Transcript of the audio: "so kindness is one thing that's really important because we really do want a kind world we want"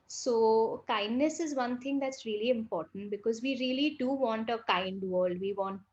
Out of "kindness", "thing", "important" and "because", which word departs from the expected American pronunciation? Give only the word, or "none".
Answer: thing